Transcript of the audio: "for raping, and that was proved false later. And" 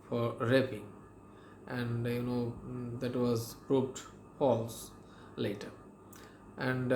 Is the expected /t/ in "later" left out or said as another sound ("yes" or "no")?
no